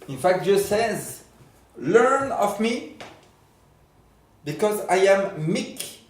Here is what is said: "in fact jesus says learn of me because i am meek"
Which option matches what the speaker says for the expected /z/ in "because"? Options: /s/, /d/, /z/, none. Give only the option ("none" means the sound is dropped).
/z/